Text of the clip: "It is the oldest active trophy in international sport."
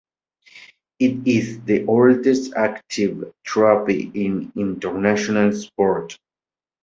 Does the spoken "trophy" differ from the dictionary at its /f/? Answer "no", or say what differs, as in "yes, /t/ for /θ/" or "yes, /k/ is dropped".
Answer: yes, /p/ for /f/